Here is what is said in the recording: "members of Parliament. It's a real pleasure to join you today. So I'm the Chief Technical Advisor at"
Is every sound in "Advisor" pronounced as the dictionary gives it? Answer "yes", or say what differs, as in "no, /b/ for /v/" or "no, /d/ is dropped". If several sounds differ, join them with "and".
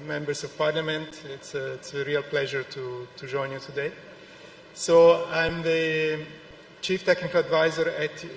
yes